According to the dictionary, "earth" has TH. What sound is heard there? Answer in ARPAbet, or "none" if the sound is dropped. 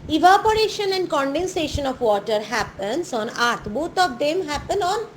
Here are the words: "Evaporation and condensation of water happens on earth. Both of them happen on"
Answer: T